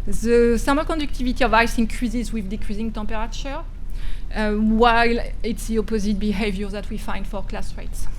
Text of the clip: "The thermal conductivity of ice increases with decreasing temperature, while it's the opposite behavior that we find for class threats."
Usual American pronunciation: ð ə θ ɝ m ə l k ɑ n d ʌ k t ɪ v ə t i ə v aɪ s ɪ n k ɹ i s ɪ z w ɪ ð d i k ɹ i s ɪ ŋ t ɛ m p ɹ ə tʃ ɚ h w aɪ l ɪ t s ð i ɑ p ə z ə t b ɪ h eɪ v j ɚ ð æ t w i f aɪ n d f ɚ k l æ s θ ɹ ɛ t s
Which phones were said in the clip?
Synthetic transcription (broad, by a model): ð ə s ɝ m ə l k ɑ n d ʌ k t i v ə t i ə v aɪ s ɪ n k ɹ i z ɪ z w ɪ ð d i k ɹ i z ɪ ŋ t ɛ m p ɹ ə tʃ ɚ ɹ w aɪ l ɪ t s ð i ɑ p ə z ə t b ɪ h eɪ v j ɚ ð æ t w i f aɪ n d f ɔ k l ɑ s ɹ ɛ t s